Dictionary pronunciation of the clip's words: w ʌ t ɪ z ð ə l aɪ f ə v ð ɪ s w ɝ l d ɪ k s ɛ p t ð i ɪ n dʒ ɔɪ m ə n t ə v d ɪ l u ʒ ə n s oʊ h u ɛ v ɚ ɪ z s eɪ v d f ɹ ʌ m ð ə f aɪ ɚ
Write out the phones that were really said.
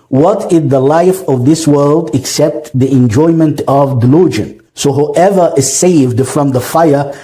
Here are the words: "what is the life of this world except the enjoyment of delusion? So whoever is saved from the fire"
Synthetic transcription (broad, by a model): w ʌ t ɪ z ð ə l aɪ f ə v ð ɪ s w ɝ l d ɪ k s ɛ p t ð i ɪ n dʒ ɔɪ m ə n t ə v d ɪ l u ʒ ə n s oʊ h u ɛ v ɚ ɪ z s eɪ v d f ɹ ʌ m ð ə f aɪ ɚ